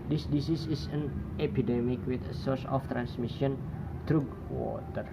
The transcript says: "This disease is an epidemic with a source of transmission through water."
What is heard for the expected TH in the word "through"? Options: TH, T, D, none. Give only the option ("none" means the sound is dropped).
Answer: T